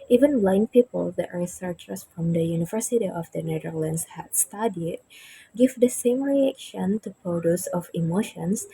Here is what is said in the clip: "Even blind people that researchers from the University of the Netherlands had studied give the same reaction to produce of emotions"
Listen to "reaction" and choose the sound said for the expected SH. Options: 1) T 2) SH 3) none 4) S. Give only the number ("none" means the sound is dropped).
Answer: 2